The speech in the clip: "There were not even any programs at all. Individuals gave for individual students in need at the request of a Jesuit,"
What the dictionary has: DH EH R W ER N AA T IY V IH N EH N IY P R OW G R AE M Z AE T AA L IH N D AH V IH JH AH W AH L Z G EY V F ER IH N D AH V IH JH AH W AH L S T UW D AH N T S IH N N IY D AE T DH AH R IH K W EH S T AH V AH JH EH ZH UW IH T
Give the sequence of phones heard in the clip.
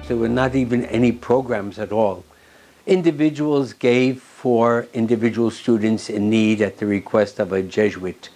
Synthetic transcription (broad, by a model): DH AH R W ER N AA T IY V IH N EH N IY P R OW G R AE M Z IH T AA L IH N D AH V IH JH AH W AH L Z G EY V F ER IH N D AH V IH JH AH W L S T UW D N T S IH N N IY D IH T DH AH R IH K W EH S T AH V AH JH EH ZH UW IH T